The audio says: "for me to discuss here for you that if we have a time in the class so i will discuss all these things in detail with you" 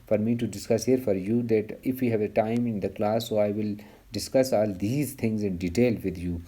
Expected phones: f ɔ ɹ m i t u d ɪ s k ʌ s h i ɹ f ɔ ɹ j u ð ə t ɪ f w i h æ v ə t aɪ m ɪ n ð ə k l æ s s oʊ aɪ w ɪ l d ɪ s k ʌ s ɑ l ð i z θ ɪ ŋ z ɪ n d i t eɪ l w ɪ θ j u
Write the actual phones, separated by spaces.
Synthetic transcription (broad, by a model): f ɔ ɹ m i t u d ɪ s k ʌ s h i ɹ f ɔ ɹ j u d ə t ɪ f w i h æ v ə t aɪ m ɪ n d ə k l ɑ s s oʊ aɪ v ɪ l d ɪ s k ʌ s ɑ l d i z t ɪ ŋ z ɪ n d i t eɪ l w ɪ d j u